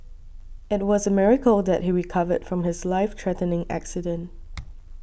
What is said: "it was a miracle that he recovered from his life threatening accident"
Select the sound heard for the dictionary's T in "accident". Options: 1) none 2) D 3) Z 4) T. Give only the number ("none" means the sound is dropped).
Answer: 4